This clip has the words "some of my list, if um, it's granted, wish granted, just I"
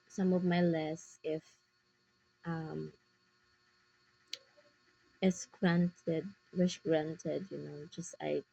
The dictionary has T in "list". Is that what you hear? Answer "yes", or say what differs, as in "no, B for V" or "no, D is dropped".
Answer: no, T is dropped